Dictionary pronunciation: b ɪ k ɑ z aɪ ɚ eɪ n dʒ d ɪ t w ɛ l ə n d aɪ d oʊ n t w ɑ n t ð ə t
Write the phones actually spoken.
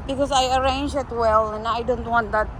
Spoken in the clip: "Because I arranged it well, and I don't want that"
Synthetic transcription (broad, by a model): b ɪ k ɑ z aɪ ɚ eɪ n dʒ ɪ t w ɛ l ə n aɪ d oʊ n t w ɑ n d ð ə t